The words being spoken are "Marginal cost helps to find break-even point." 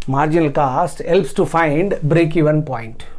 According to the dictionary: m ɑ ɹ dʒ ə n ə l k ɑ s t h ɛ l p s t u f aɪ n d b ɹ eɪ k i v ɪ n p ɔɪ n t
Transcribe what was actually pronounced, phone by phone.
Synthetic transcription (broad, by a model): m ɑ ɹ dʒ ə n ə l k ɑ s t h ɛ l p s t u f aɪ n d b ɹ eɪ k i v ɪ n p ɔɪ n t